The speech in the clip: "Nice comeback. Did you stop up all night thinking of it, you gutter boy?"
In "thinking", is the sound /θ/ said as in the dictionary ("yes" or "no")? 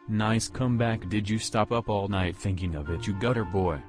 yes